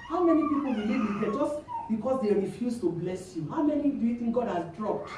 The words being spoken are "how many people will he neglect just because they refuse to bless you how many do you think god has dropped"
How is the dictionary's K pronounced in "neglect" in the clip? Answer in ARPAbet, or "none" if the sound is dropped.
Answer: none